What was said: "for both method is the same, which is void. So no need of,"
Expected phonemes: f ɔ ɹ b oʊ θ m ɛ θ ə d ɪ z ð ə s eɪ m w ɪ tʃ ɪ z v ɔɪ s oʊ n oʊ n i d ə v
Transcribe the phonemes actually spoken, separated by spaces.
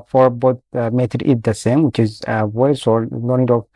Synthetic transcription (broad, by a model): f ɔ ɹ b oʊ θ m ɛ t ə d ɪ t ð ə s eɪ m w ɪ tʃ ɪ z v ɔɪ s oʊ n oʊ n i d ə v